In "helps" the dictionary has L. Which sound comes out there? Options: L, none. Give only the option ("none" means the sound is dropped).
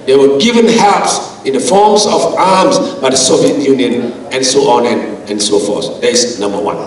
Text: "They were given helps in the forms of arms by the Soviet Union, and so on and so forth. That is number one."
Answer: none